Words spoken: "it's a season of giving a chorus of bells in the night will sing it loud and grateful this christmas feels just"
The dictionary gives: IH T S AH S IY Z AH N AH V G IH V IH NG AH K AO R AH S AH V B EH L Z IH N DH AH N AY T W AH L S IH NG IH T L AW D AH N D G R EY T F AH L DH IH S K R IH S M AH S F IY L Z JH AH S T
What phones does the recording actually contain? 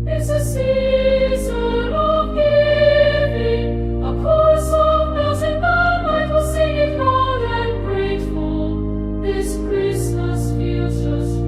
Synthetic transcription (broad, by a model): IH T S AH S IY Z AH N AH V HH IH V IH AH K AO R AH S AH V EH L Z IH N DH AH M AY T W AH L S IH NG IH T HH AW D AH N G R EY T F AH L DH IH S K R IH S M AH S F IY Z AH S